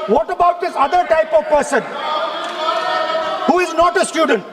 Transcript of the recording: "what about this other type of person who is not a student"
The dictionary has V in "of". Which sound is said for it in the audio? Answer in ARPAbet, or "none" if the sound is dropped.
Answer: V